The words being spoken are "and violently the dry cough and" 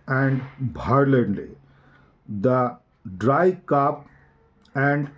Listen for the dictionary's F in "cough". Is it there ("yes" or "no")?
no